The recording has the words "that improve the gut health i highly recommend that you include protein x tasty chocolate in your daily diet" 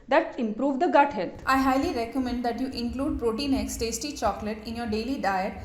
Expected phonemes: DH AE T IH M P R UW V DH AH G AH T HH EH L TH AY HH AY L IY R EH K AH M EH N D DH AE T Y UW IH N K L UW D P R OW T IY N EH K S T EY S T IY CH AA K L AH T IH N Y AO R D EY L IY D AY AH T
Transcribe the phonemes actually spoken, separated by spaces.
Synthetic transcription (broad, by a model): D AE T IH M P R UW V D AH G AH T HH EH L T AY HH AY L IY R EH K AH M EH N D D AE T Y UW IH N K L UW D P R OW T IY N EH K S T EY S T IY CH AA K L AH T IH N Y AO R D EY L IY D AY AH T